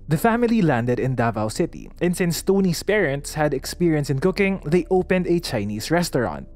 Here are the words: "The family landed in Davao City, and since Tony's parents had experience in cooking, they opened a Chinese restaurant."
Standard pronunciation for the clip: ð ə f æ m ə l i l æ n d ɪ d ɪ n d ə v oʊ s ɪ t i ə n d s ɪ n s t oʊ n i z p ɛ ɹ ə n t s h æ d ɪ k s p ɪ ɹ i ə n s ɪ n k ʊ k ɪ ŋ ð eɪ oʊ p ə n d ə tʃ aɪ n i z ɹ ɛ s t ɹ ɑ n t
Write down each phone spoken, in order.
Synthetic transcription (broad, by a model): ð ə f æ m ə l i l æ n d ɪ d ɪ n d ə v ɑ s ɪ t i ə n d s ɪ n s t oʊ n i s p ɛ ɹ ə n t s h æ d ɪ k s p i ɹ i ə n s ɪ n k ʊ k ɪ ŋ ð eɪ oʊ p ə n d ə tʃ aɪ n i s ɹ ɛ s t ɹ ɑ n t